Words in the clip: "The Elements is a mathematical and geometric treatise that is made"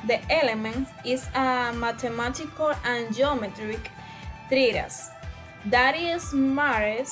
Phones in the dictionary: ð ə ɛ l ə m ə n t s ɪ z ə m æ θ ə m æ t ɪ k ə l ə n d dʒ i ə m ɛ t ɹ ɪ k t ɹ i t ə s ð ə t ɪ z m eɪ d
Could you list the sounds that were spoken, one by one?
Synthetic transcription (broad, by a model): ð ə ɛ l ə m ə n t ɪ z ə m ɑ t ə m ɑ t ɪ k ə l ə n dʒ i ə m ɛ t ɹ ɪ k t ɹ i t ə s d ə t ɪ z m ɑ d